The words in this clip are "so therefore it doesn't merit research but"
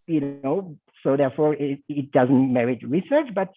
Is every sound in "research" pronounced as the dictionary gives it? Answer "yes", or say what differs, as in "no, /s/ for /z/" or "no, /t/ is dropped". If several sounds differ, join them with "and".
yes